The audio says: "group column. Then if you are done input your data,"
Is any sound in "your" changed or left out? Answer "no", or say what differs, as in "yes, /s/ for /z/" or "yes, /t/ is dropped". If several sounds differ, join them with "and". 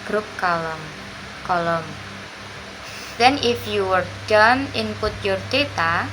no